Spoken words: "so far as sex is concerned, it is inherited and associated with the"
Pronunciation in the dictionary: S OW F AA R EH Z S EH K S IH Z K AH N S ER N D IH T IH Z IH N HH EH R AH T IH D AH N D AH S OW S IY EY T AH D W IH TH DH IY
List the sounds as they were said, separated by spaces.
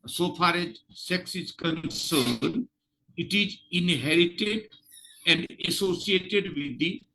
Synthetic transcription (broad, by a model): S OW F AA R EH Z S EH K S IH Z K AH N S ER D IH T IH Z IH N HH EH R AH T IH D AH N D AH S OW S IY EY T AH D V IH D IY